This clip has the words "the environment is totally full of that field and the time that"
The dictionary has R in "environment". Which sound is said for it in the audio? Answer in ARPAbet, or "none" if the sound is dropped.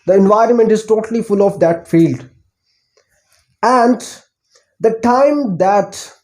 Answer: R